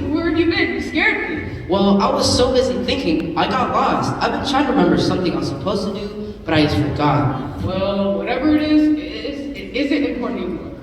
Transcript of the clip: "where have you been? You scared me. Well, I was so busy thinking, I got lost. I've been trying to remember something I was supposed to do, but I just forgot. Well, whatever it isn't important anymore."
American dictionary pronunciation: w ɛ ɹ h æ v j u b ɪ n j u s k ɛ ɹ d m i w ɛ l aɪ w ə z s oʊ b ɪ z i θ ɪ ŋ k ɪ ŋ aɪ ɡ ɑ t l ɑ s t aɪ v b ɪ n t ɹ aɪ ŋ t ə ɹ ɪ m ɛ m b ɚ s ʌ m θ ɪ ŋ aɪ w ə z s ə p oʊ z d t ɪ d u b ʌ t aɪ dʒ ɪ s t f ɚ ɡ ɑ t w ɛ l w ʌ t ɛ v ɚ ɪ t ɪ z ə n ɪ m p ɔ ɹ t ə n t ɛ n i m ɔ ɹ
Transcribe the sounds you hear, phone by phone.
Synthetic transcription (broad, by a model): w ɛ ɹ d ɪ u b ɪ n s k ɛ ɹ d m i w ɛ l aɪ w ə z s oʊ b ɪ z i θ ɪ ŋ k ɪ ŋ aɪ ɡ ɑ t l ɑ s t aɪ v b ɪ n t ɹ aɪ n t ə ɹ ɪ m ɛ m b ɚ s ʌ m θ ɪ ŋ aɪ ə s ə p oʊ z t ɪ d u b ʌ t aɪ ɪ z f ɚ ɡ ɑ t w ɛ l w ʌ t ɛ v ɚ ɪ t ɪ z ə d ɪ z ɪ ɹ t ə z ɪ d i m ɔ ɹ